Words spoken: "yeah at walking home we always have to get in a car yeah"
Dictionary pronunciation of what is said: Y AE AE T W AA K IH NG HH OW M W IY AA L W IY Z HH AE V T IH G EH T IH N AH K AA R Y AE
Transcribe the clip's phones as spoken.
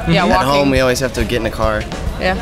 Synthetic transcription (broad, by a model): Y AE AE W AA IH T HH OW M W IY AA L W IY Z HH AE F T IH G EH T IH N AH K AA R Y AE